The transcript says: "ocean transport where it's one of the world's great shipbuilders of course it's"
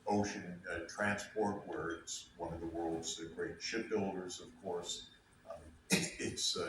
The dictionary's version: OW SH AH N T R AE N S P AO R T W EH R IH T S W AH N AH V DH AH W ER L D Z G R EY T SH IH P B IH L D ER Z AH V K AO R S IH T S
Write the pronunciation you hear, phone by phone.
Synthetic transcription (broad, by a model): OW SH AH N T R AE N S P AO R T W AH R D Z W AH N AH V DH AH W ER L D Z G R EY T SH IH P B IH L D ER Z AH V K AO R S IH T S